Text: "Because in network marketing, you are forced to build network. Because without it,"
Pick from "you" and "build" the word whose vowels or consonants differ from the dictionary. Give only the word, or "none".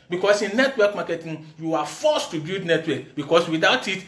build